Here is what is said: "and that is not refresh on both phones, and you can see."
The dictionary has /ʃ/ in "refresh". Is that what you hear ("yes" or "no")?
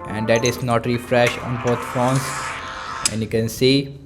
yes